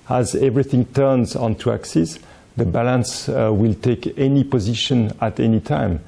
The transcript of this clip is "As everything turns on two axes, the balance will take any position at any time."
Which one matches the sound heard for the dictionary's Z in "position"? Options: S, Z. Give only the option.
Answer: Z